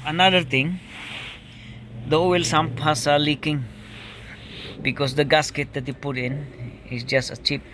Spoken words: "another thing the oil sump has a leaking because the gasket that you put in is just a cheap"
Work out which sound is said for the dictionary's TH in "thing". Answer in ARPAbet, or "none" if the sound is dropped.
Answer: T